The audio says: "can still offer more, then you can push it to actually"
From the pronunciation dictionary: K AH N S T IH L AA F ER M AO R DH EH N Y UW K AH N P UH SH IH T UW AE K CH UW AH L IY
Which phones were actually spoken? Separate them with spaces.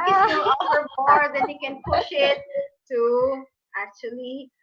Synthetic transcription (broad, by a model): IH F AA ER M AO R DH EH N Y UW K AH N P UH SH IH T UW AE K CH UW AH L IY